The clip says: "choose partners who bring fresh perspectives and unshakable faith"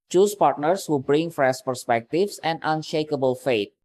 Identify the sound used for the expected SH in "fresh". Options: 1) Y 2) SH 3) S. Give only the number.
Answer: 3